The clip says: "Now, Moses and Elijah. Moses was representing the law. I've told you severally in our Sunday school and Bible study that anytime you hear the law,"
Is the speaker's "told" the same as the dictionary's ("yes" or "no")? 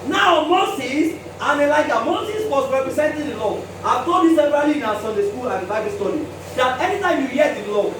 no